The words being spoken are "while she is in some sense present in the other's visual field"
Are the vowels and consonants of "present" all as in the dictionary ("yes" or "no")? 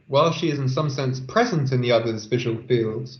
yes